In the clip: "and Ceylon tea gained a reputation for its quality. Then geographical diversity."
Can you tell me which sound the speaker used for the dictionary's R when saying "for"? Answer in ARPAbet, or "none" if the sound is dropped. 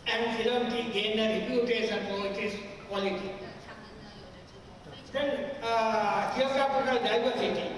L